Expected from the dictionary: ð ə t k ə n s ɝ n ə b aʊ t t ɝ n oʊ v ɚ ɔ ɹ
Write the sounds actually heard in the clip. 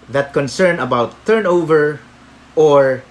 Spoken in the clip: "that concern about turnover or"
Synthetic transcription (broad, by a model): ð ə t k ə n s ɝ n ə b aʊ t t ɝ n oʊ v ɚ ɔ ɹ